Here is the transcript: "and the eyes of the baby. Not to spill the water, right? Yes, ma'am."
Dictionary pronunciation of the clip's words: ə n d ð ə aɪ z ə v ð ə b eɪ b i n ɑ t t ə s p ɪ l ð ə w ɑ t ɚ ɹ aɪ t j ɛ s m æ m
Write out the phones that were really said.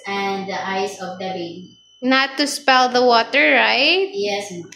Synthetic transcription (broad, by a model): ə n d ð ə aɪ s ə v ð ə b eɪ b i n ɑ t t ə s p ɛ l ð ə w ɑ t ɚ ɹ aɪ t j ɛ s